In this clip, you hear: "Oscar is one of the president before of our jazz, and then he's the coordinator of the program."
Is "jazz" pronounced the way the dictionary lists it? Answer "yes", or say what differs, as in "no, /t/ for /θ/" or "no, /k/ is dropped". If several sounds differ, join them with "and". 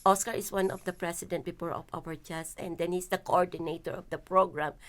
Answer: no, /s/ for /z/